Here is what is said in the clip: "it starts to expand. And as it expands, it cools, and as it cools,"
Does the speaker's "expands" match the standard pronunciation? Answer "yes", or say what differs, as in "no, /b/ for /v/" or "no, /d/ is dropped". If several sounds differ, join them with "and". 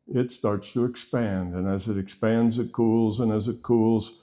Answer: yes